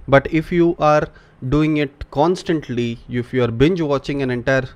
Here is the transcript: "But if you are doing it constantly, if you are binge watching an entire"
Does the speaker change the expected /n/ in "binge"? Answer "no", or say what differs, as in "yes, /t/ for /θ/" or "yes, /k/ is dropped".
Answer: no